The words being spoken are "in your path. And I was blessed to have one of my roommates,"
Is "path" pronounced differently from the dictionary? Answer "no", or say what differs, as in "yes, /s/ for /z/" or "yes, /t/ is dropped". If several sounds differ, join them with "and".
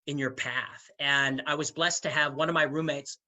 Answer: no